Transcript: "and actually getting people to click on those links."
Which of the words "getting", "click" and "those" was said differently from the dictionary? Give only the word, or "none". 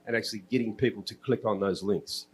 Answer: none